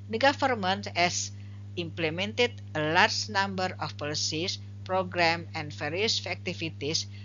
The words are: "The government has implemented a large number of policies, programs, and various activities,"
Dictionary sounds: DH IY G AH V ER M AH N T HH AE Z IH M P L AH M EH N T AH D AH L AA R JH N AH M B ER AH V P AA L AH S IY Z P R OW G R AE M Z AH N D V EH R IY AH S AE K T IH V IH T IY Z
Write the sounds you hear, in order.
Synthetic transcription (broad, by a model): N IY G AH F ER M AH N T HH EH S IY M P L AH M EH N T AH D AH L AA R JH N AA M B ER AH F P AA L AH S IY S P R OW G R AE M AH N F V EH R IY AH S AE K T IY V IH T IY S